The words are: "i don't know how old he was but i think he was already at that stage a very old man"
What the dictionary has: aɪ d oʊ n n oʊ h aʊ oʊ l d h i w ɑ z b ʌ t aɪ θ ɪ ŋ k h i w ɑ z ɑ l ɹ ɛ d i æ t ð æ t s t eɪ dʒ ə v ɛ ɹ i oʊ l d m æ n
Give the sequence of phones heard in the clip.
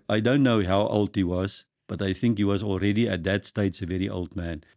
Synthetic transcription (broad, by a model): aɪ d oʊ n n oʊ h aʊ oʊ l d h i w ɑ z b ʌ t aɪ θ ɪ ŋ k h i w ɑ z ɑ l ɹ ɛ d i æ t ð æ t s t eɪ tʃ ə v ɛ ɹ i oʊ l d m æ n